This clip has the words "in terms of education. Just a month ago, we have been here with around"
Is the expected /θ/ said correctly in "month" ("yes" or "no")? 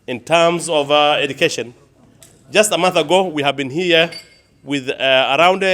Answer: yes